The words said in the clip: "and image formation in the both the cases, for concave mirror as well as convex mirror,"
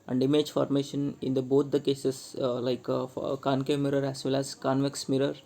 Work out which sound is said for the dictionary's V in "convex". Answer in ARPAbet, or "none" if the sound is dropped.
V